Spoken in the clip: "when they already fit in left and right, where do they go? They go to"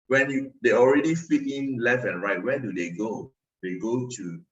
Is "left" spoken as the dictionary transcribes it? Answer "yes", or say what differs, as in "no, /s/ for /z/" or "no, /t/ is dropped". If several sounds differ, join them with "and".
no, /t/ is dropped